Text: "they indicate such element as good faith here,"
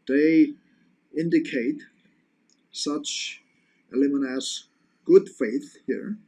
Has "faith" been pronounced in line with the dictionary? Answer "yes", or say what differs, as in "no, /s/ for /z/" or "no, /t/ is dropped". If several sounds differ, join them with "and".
yes